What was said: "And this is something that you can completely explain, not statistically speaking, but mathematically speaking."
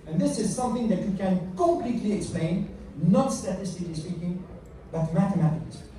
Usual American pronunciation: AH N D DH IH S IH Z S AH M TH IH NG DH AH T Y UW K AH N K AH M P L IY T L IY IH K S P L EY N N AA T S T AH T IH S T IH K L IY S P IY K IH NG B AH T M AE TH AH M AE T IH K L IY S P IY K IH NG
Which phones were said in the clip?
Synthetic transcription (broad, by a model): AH N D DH IH S IH Z S AH M TH IH NG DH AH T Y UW K AH N K AH M P L IY T L IY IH K S P L EY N N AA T S T AH T IH S T IH K L IY S P IY K IH NG B AH T M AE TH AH M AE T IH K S